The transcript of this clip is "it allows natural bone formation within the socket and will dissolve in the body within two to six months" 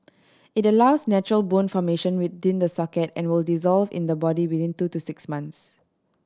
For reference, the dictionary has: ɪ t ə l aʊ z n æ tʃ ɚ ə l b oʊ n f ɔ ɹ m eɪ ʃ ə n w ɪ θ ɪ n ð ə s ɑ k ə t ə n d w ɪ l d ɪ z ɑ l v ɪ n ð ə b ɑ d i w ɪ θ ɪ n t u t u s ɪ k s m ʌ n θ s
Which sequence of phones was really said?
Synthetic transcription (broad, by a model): ɪ t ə l aʊ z n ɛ tʃ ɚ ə l b oʊ n f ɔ m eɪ ʃ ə n w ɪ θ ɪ n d ə s ɑ k ə t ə n w ɪ l d ɪ z ɑ l v ɪ n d ə b ɑ d i w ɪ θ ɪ n t u t u s ɪ k s m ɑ n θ s